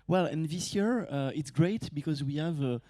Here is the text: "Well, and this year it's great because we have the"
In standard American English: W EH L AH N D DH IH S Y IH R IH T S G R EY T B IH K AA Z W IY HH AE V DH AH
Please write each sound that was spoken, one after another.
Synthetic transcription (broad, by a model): W EH L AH N DH IH S Y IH R IH T S G R EY T B IH K AA Z W IY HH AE V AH